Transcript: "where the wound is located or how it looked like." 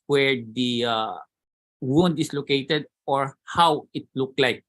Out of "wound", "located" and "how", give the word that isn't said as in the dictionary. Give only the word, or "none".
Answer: none